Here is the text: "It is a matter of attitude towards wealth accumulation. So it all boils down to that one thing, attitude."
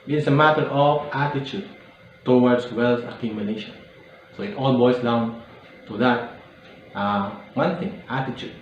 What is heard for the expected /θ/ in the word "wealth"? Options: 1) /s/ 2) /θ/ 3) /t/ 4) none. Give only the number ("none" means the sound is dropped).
1